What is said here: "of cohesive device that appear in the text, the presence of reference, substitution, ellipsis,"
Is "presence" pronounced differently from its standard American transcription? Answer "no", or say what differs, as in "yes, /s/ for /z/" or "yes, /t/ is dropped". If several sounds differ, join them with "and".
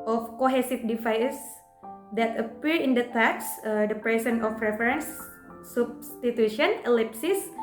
yes, /s/ is dropped